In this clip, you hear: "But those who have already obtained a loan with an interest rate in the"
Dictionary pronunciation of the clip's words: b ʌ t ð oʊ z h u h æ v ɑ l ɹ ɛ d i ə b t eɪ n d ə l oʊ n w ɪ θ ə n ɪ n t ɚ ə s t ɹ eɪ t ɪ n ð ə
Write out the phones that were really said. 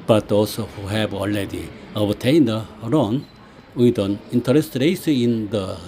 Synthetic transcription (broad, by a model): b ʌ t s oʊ h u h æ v ɑ l ɹ ɛ d i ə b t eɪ n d ə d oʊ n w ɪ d ə n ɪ n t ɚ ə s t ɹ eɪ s ɪ n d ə